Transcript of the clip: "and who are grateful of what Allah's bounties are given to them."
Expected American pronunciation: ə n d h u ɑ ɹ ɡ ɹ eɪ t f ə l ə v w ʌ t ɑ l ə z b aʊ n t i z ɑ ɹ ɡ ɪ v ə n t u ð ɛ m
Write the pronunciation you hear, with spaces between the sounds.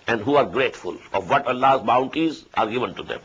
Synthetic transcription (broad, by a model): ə n d h u ɑ ɹ ɡ ɹ eɪ t f ə l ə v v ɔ t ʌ l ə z b aʊ n t i z ɑ ɹ ɡ ɪ v ə n t u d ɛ m